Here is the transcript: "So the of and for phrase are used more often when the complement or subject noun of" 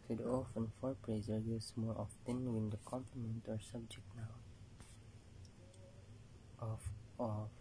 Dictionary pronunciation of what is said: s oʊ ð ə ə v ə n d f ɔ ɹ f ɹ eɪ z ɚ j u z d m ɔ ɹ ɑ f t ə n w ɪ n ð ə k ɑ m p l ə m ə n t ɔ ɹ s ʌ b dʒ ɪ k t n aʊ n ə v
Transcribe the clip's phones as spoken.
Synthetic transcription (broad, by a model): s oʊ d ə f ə n f ɔ ɹ p ɹ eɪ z ɚ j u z m ɔ ɹ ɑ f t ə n w ɪ n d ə k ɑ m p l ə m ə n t ɔ ɹ s ʌ b dʒ ɪ k t n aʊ ə